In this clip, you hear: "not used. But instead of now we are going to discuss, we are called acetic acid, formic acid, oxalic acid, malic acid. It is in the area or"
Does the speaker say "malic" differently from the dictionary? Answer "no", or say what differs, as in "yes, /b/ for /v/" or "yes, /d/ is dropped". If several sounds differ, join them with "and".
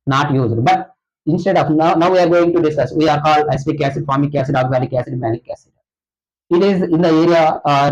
yes, /n/ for /l/